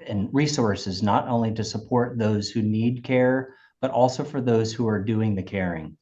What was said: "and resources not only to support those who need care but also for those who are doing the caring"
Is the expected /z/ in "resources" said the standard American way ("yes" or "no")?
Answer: yes